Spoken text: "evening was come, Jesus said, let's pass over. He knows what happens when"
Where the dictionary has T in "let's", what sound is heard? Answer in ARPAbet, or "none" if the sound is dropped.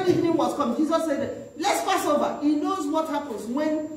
T